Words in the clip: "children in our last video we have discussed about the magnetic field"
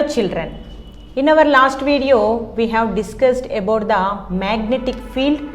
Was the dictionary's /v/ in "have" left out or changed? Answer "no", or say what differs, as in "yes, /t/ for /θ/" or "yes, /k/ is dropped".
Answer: no